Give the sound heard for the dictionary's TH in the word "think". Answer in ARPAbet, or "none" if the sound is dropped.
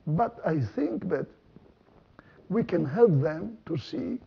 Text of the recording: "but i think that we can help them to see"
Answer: TH